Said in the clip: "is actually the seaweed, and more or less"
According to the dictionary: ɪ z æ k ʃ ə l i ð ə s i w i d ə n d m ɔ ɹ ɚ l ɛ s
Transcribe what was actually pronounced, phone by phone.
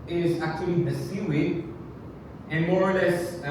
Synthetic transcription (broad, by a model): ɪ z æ k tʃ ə l i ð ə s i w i ə n m ɔ ɹ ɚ l ɛ s